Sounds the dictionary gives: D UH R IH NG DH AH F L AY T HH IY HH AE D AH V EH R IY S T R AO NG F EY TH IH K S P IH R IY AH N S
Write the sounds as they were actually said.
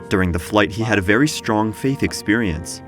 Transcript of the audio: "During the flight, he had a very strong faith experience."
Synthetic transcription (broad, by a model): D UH R IH NG DH AH F L AY T HH IY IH D AH V EH R IY S T R AO NG F EY TH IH K S P IH R IY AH N S